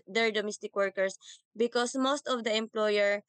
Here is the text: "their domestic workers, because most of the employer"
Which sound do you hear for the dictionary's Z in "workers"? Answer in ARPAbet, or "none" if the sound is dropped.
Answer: S